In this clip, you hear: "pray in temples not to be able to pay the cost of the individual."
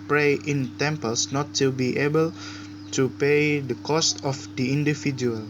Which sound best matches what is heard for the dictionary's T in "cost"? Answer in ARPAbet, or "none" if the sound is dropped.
T